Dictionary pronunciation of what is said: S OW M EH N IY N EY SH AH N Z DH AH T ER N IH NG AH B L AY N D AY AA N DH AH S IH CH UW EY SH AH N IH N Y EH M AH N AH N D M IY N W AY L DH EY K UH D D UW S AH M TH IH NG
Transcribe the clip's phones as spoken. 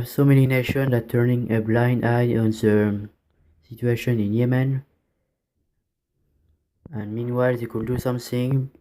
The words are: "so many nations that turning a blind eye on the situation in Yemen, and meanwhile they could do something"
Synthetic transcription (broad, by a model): S OW M EH N IY N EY SH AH N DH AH T ER N IH NG AH B L AY N D AY AA N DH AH S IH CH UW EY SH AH N IH N Y EH M AH N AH N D M IY N W AY L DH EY K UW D D UW S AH M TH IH NG